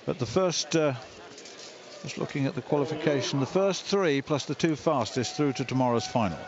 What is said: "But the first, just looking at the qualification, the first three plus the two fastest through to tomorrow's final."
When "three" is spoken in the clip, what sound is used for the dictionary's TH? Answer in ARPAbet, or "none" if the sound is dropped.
TH